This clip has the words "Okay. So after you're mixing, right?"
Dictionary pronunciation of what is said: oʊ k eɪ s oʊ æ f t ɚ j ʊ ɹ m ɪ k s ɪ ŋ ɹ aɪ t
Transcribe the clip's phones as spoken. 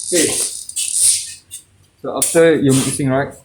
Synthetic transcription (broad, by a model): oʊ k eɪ s oʊ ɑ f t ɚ j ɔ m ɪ s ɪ ŋ ɹ aɪ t